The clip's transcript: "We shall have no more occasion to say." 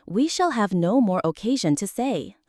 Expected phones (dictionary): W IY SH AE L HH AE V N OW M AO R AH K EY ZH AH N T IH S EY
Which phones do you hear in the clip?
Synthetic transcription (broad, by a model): W IY SH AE L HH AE V N OW M AO R AH K EY ZH AH N T IH S EY